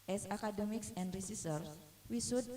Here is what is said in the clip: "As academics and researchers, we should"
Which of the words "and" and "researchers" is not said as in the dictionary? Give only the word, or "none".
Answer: researchers